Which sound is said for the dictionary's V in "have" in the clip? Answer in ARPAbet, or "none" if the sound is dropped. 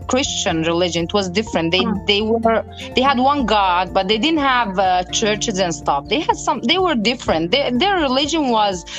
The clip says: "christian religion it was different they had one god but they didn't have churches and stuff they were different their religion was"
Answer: V